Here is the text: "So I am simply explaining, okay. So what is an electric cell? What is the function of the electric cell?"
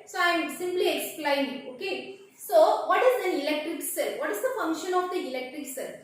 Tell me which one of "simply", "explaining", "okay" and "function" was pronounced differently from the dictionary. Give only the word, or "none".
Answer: explaining